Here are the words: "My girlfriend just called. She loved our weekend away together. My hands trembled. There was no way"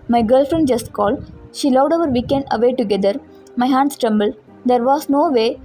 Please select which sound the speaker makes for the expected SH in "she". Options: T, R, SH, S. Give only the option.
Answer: SH